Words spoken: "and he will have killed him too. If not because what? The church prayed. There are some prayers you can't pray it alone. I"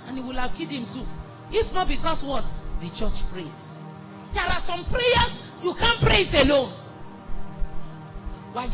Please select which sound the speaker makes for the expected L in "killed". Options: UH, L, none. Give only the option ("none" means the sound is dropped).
none